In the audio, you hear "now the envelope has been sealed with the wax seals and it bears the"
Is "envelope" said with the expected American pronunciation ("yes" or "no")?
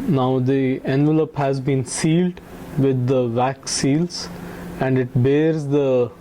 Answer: yes